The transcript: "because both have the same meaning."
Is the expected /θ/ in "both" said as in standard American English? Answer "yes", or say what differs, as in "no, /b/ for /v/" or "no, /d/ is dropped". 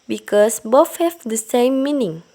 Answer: no, /f/ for /θ/